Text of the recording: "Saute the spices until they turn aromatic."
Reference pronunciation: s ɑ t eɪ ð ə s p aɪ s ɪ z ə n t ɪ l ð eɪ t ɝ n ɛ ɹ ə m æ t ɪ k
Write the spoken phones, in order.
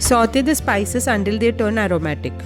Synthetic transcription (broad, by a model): s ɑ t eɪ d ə s p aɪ s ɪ s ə n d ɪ l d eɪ t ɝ n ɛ ɹ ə m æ t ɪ k